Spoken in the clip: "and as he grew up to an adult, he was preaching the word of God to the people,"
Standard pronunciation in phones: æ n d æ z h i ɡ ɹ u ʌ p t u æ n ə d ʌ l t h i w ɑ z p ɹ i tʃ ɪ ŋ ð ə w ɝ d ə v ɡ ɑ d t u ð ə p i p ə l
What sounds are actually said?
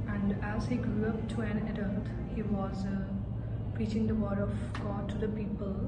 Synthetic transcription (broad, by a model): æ n d æ z h i ɡ ɹ u ʌ p t u æ n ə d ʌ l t h i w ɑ z p ɹ i tʃ ɪ ŋ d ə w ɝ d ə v ɡ ɑ d t u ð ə p i p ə l